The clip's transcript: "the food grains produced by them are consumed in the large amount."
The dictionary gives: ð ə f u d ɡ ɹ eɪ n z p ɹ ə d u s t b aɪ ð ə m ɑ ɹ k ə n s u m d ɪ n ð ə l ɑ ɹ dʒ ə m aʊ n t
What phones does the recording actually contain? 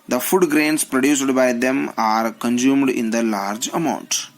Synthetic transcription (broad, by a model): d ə f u d ɡ ɹ eɪ n s p ɹ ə d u s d b aɪ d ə m ɑ ɹ k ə n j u m d ɪ n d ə l ɑ ɹ dʒ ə m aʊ n t